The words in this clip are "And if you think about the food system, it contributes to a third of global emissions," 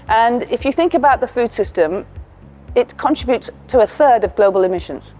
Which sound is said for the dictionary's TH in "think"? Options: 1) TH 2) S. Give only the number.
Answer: 1